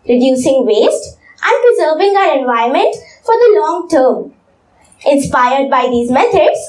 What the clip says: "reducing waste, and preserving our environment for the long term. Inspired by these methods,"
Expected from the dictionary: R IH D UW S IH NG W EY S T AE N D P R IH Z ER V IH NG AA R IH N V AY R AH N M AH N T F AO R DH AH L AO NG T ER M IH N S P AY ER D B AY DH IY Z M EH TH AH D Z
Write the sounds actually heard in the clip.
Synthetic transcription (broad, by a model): R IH D UW S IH NG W EY S T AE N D P R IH Z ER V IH NG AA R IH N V AY AH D M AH N T F AO R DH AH L AO NG T ER M IH N S P AY ER D B AY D IY Z M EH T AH D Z